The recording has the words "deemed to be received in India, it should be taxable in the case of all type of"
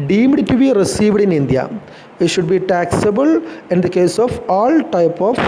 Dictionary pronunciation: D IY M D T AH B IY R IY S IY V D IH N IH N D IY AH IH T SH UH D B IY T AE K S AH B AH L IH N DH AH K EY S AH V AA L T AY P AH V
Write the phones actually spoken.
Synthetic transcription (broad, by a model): D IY M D T AH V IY R IY S IY V D IH N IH N D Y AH IH T SH UH D B IY T AE K S AH B AH L IH N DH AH K EY S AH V AA L T AY P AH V